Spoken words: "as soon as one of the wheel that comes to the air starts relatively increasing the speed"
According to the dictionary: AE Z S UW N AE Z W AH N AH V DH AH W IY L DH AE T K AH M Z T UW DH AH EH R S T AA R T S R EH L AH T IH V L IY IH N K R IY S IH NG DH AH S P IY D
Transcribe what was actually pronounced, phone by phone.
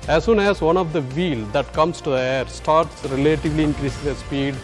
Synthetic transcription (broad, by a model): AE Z S UW N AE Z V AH N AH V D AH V IY L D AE T K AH M S T UW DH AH EH R S T AA R T S R EH L AH T IH V L IY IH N K R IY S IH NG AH S P IY D